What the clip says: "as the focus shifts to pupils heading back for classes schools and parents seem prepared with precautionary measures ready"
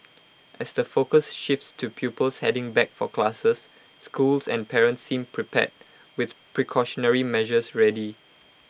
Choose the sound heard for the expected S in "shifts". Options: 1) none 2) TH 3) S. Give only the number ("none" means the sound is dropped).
3